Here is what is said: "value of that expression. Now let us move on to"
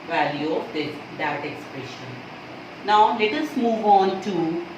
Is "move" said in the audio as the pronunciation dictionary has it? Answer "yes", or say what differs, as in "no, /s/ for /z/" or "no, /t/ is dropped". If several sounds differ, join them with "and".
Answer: yes